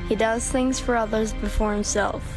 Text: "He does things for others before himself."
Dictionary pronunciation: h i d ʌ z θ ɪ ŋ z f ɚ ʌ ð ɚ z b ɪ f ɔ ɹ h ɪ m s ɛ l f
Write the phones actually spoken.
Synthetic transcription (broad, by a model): h i d ʌ z θ ɪ ŋ z f ɚ ʌ ð ɚ z b ɪ f ɔ ɹ h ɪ m s ɛ l f